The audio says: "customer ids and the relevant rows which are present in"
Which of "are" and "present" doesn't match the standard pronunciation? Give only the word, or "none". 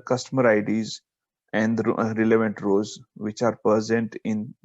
present